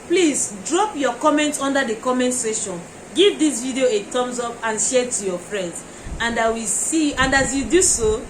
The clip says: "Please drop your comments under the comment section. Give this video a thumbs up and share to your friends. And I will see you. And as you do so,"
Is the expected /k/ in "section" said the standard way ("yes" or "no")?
no